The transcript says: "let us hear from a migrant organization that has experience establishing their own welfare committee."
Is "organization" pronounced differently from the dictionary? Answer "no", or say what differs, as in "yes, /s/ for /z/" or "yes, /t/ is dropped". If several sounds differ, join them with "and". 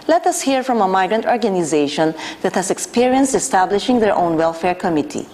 no